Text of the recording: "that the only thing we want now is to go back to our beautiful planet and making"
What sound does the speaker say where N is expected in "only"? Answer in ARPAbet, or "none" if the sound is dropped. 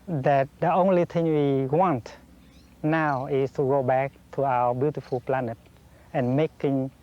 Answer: N